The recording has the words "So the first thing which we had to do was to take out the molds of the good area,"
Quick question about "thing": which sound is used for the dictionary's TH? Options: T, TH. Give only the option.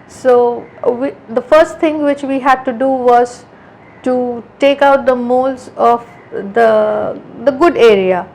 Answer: T